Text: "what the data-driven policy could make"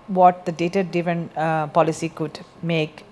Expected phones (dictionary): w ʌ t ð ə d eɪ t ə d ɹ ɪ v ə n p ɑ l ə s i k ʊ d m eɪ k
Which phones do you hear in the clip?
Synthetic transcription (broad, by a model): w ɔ t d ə d eɪ t ə d ɪ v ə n p ɑ l ə s i k ʊ d m eɪ k